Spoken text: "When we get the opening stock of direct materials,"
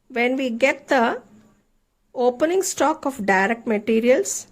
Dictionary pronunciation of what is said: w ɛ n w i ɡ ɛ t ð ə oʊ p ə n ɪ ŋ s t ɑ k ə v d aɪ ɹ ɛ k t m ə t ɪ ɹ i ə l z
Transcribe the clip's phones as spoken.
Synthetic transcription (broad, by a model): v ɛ n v i ɡ ɛ t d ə oʊ p ə n ɪ ŋ s t ɑ k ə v d aɪ ɹ ɛ k t m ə t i ɹ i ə l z